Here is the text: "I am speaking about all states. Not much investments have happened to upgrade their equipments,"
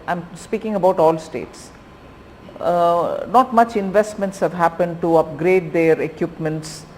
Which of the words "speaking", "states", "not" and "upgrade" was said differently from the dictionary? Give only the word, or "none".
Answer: none